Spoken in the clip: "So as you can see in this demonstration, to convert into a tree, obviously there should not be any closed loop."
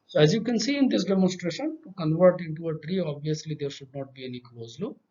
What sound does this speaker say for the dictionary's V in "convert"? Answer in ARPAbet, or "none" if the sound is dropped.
V